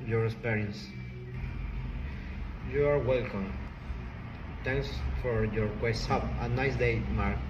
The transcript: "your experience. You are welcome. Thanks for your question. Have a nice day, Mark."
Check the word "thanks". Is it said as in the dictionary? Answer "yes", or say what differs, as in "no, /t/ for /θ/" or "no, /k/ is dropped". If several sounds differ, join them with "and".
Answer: no, /t/ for /θ/